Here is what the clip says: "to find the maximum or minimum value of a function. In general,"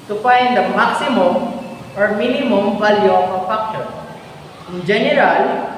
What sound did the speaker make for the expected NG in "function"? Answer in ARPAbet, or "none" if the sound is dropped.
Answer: none